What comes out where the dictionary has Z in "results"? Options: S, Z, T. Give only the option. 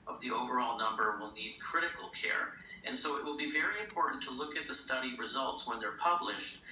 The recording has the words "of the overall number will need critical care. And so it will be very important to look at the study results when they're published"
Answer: Z